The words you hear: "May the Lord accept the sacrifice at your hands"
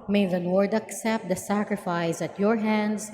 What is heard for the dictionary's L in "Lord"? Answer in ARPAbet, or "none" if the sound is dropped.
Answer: N